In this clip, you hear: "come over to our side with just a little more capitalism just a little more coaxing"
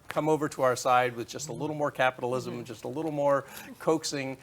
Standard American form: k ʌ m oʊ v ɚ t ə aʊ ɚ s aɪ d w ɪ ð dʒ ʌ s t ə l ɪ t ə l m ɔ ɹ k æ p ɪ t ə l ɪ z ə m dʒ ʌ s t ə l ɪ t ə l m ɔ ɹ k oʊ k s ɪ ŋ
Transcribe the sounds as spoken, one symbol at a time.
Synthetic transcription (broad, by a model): k ʌ m oʊ v ɚ t ə aʊ ɚ s aɪ d w ɪ ð dʒ ʌ s t ə l ɪ t l m ɔ ɹ k æ p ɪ t l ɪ z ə m dʒ ʌ s t ə l ɪ t l m ɔ ɹ k oʊ k s ɪ ŋ